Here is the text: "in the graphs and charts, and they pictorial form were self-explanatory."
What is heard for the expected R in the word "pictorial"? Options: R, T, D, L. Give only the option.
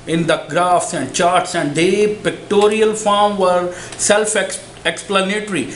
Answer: R